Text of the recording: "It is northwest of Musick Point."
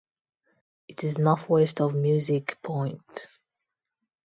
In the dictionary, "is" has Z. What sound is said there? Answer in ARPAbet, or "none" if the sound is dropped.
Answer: Z